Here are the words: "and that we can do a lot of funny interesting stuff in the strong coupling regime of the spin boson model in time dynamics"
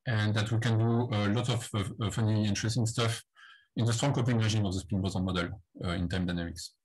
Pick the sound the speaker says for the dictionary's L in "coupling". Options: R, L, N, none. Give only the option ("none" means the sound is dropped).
none